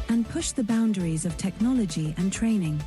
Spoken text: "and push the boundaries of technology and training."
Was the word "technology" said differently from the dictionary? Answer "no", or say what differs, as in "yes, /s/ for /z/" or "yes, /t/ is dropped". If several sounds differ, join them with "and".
no